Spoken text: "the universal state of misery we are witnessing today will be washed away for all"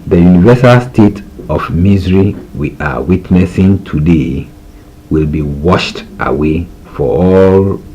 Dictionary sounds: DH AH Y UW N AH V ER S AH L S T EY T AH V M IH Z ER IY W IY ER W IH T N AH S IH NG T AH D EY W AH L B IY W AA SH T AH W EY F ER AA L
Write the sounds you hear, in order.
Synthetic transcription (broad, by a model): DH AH Y UW N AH V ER S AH L S T EY T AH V M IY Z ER IY W IY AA W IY T N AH S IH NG T AH D EY W AH L B IY W AA SH T AH W EY F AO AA L